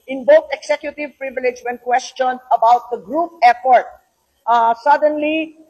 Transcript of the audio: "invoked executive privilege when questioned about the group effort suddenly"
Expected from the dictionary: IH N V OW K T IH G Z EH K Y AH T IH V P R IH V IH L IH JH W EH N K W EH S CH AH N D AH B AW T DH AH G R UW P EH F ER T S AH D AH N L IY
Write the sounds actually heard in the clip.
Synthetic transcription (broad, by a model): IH N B OW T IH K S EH K Y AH T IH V P R IH V IH L IH JH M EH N K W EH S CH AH N AH B AW T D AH G R UW P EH P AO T S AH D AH N L IY